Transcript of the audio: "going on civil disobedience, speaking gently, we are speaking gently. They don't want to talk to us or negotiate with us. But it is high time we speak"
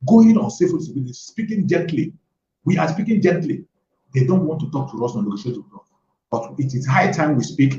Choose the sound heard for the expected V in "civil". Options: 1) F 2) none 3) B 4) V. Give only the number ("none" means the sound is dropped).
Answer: 1